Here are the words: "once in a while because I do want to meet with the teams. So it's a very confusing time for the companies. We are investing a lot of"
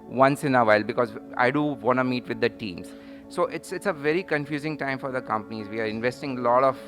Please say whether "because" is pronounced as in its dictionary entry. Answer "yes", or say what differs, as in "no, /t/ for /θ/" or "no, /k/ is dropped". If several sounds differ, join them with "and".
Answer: yes